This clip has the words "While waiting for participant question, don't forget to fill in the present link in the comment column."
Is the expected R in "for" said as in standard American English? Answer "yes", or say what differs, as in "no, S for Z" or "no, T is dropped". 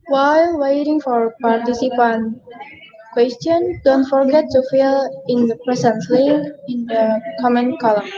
yes